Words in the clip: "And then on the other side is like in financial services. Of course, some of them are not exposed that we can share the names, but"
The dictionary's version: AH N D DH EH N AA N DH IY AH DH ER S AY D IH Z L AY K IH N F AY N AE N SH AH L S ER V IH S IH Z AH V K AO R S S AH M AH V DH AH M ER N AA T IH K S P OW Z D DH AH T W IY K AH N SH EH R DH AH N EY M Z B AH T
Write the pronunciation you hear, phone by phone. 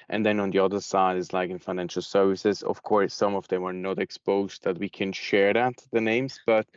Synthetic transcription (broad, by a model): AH N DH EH N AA N DH IY AH DH ER S AY D IH Z L AY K IH N F AY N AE N SH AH L S ER V IH S IH Z AH V K AO R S S AH M AH V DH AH M ER N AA T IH K S P OW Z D DH AH T W IY K AH N SH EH R DH AH N EY M Z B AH T